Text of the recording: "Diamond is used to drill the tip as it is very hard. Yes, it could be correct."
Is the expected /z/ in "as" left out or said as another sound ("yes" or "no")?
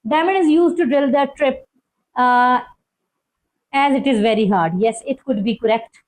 no